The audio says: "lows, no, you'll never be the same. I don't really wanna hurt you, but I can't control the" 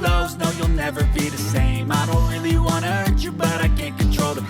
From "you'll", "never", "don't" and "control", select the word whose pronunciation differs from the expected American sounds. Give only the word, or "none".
none